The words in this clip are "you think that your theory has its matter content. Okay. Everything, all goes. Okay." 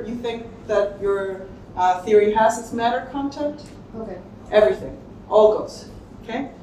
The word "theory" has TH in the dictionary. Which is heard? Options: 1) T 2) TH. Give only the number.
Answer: 2